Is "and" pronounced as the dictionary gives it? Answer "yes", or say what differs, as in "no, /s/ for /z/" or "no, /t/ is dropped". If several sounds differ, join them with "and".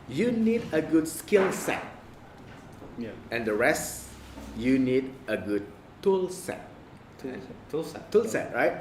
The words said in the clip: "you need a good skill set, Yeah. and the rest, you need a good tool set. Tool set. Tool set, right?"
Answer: yes